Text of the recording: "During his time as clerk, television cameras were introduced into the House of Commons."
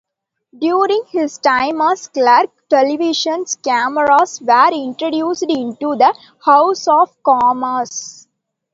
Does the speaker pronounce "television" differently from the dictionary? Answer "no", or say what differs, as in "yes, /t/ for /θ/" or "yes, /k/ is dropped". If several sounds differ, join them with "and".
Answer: yes, /ʃ/ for /ʒ/